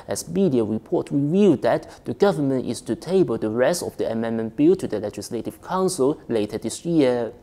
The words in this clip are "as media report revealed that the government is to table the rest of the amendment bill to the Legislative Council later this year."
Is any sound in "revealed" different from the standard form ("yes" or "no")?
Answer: yes